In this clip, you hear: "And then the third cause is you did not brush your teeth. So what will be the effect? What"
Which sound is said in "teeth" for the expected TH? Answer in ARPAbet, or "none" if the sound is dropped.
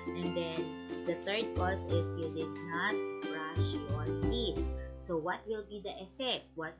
T